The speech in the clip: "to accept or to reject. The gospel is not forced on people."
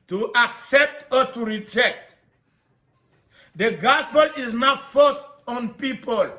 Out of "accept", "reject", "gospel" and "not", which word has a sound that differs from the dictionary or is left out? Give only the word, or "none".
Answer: none